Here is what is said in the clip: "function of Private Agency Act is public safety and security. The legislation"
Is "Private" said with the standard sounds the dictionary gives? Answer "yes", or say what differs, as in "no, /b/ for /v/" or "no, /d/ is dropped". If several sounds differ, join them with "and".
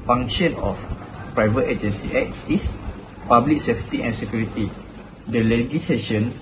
yes